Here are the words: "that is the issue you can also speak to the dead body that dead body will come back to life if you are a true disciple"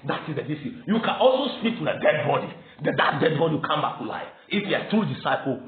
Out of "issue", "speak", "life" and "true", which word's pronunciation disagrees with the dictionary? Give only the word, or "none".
issue